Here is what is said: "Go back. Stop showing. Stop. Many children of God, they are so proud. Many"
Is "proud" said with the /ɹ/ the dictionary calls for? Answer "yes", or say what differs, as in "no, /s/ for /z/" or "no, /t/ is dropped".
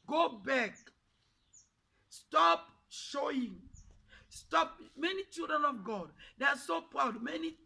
yes